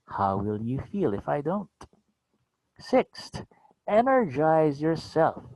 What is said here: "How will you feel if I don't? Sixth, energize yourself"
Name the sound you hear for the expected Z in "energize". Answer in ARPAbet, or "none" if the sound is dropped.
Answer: Z